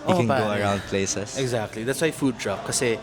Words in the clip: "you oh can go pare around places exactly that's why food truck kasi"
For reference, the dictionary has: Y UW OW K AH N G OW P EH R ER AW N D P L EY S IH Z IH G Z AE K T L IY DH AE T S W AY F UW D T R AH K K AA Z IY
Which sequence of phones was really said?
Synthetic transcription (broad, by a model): OW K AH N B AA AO ER AW N D P L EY S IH S IH G Z AE K T L IY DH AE T S W AY F UW D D R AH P K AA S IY